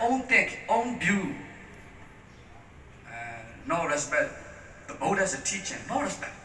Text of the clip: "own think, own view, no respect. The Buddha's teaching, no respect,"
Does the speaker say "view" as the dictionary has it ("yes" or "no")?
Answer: no